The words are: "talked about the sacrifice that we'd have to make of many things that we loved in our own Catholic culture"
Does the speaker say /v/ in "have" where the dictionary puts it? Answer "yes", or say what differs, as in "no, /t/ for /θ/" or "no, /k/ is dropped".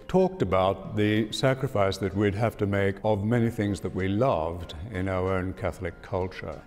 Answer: no, /f/ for /v/